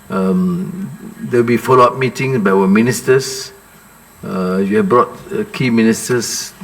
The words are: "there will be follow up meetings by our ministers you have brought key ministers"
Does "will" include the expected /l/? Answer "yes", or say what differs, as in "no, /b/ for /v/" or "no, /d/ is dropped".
no, /w/ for /l/